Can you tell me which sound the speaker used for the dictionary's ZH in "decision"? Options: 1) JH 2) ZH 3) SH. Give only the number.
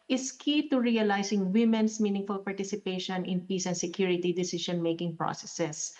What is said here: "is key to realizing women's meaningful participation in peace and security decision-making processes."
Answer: 3